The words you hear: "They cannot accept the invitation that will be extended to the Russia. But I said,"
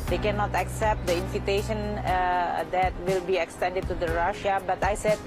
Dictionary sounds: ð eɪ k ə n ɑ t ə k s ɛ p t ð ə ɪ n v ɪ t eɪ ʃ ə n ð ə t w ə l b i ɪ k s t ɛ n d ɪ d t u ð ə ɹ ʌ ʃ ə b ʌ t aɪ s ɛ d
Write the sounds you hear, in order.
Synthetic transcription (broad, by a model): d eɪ k ə n ɑ t ə k s ɛ p t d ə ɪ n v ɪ t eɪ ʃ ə n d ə t w ə l b i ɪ k s t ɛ n d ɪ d t u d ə ɹ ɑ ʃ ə b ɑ t aɪ s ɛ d